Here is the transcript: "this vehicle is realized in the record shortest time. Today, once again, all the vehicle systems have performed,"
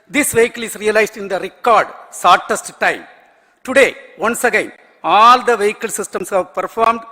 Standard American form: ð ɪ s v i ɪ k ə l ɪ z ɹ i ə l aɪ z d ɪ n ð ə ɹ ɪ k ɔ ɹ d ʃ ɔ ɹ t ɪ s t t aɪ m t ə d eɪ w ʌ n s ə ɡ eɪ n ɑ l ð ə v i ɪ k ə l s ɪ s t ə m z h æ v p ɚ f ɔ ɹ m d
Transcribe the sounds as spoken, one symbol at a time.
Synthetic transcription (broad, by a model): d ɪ s v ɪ k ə l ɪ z ɹ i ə l aɪ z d ɪ n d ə ɹ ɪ k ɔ ɹ d s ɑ ɹ t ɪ s t t aɪ m t ə d eɪ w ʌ n s ə ɡ eɪ n ɑ l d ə v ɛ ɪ k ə l s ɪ s t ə m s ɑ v p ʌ f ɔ ɹ m d